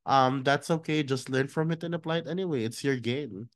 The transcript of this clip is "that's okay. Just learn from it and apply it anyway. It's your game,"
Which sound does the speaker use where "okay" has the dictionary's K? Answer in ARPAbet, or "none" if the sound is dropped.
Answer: K